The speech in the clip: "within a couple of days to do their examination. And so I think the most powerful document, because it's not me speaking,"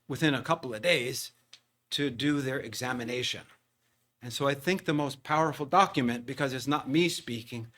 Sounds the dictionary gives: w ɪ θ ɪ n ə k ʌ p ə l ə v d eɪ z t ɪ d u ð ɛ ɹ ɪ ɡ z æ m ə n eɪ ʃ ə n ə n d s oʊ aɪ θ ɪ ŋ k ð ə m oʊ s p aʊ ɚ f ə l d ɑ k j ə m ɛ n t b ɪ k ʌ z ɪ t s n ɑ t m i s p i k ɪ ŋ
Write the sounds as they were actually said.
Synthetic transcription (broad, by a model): w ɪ θ ɪ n ə k ʌ p l ə v d eɪ z t ɪ d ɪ ð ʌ ɹ ɪ ɡ z æ m ə n eɪ ʃ ə n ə n s oʊ aɪ θ ɪ ŋ k ð ə m oʊ s p aʊ ɚ f l d ɑ k j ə m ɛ n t b ɪ k ʌ z ɪ t s n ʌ t m i s p i k ɪ ŋ